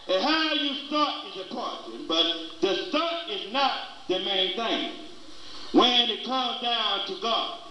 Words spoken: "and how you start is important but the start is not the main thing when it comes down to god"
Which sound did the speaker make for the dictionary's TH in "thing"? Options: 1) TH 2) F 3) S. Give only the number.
1